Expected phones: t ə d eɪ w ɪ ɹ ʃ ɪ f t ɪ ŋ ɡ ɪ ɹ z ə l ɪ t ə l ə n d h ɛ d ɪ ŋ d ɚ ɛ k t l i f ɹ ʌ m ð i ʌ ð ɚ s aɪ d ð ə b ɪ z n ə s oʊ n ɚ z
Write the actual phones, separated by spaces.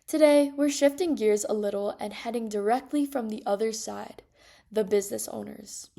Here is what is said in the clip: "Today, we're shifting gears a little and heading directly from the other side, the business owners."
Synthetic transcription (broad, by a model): t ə d eɪ w ɪ ɹ ʃ ɪ f t ɪ ŋ ɡ ɪ ɹ z ə l ɪ t l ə n h ɛ d ɪ ŋ d ɚ ɛ k t l i f ɹ ʌ m ð i ʌ ð ɚ s aɪ d ð ə b ɪ z n ə s oʊ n ɚ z